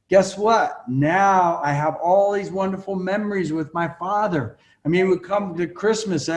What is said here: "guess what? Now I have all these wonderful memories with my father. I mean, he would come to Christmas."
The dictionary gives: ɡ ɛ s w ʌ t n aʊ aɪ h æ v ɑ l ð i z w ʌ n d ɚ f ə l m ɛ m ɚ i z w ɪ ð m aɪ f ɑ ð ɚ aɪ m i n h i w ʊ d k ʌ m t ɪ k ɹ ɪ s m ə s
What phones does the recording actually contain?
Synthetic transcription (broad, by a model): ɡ ɛ s w ʌ t n aʊ aɪ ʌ v ɑ l ð i z w ʌ n d ɚ f l m ɛ m ɚ i z w ɪ ð m aɪ f ɑ ð ɚ aɪ m i n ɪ w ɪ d k ʌ m t ɪ k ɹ ɪ s m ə s